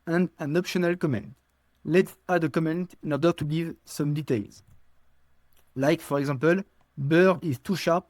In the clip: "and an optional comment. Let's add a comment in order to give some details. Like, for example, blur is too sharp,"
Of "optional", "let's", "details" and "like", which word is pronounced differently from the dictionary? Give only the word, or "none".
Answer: none